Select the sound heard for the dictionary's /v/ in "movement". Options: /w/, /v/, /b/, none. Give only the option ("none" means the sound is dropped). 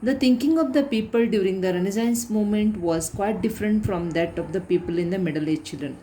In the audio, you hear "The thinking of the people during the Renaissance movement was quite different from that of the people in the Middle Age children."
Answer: none